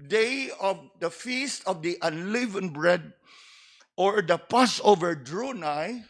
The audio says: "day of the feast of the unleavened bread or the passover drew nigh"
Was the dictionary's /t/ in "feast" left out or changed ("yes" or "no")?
no